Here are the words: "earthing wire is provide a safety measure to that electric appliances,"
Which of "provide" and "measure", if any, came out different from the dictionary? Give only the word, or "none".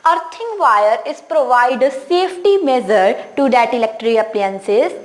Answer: measure